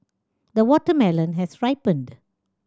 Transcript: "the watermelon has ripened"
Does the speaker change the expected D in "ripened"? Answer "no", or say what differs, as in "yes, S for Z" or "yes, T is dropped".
no